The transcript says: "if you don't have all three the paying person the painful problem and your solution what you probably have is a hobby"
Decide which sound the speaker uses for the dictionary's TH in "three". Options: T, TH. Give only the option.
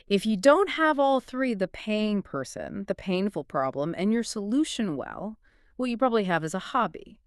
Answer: TH